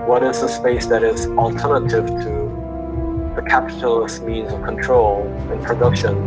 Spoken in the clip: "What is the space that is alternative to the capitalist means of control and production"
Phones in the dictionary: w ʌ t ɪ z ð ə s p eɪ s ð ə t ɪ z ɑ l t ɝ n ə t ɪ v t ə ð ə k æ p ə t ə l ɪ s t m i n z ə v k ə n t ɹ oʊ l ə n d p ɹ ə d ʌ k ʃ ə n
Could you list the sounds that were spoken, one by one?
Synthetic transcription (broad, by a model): w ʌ t ɪ z ð ə s p eɪ s ð ə t ɪ z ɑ l t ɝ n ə t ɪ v t ə ð ə k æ p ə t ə l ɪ s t m i n z ə v k ə n t ɹ oʊ l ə n p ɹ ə d ʌ k ʃ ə n